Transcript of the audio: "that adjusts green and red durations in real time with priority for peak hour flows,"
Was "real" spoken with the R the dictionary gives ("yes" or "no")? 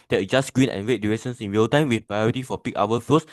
no